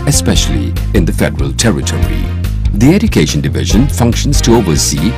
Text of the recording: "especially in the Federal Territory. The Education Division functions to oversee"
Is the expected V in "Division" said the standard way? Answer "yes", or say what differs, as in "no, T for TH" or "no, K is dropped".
yes